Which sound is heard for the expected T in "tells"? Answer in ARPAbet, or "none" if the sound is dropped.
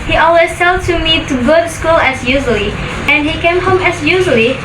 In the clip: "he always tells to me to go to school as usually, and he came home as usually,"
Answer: S